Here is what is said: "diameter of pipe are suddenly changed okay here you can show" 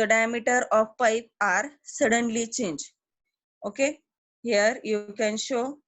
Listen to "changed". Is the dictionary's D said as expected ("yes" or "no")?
no